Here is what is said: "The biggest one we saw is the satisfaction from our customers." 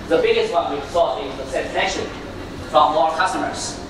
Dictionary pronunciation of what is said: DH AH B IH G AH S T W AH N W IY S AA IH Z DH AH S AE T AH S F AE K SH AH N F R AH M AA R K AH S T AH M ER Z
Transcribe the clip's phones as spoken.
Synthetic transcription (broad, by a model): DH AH B IH G AH S T W AH N W IY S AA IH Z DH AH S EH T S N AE SH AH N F R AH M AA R K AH S T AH M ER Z